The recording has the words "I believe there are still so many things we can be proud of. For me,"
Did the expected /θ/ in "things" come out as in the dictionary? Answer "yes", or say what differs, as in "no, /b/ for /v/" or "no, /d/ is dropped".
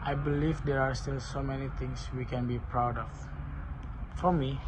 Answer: no, /t/ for /θ/